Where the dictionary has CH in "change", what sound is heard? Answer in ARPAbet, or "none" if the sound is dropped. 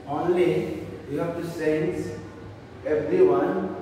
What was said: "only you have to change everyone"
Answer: S